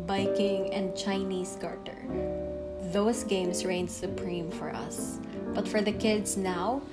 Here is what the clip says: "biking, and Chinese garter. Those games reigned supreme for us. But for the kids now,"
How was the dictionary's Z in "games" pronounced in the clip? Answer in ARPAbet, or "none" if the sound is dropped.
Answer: S